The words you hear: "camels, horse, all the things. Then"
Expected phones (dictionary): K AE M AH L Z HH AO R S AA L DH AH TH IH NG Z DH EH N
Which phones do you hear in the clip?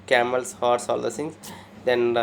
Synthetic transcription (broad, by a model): K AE M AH L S HH AO R S AA L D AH S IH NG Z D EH N